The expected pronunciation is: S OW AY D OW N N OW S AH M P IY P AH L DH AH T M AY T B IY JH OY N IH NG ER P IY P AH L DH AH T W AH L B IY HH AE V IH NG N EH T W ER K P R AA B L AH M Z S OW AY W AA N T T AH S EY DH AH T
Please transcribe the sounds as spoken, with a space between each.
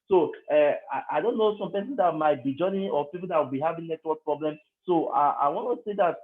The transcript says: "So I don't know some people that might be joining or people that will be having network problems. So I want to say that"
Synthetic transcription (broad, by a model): S OW AY D OW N N OW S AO M P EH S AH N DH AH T M AY T B IY JH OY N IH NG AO P IY P AH L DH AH T W AH L B IY HH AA V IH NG L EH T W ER P R AA B L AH M S OW AY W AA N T T AH S EY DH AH T